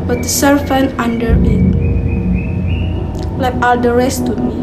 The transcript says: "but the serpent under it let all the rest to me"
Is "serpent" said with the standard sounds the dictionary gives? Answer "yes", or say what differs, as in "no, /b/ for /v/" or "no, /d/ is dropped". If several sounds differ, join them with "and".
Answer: no, /f/ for /p/